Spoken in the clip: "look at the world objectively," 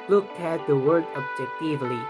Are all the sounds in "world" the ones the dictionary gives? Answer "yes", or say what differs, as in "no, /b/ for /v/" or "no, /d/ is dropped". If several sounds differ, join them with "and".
no, /l/ is dropped